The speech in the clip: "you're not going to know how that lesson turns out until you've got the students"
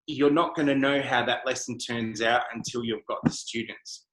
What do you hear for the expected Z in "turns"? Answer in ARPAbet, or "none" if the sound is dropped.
Z